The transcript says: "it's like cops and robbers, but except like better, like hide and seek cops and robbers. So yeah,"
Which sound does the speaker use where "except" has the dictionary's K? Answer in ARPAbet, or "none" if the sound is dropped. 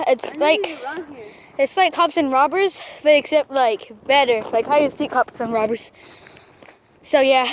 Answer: K